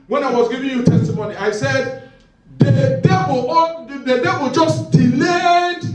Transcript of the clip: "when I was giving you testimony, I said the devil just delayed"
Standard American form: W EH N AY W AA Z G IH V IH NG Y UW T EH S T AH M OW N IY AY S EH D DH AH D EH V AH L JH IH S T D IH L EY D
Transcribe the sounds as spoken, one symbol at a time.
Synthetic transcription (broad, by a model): W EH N AY W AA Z G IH V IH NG Y UW T EH S T AH M OW N IY AY S EH D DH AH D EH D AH W JH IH S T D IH L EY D